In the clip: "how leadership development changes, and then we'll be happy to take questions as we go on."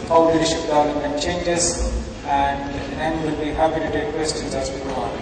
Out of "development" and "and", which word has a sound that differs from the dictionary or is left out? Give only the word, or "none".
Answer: development